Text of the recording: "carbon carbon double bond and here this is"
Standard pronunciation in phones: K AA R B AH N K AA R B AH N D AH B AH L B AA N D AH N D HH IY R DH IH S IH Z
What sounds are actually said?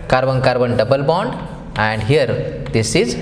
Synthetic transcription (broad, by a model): K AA R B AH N K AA R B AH N D AH B AH L B AA N D AH N D HH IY R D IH S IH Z